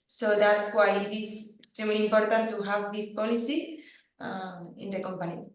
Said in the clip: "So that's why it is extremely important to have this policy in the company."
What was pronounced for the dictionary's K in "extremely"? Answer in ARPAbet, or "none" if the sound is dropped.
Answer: none